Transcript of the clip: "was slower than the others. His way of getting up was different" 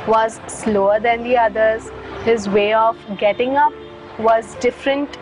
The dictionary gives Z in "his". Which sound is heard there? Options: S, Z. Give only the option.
Z